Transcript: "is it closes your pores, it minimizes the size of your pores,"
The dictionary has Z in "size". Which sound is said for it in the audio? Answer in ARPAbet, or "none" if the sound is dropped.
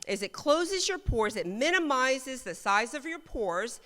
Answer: Z